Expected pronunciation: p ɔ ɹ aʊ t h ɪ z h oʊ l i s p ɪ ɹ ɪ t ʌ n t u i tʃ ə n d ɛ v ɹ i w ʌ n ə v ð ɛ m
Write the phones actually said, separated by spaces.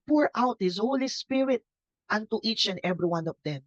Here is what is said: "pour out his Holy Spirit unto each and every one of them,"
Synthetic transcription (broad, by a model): p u ɹ aʊ t h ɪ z h oʊ l i s p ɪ ɹ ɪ t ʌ n t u i tʃ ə n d ɛ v ɹ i w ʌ n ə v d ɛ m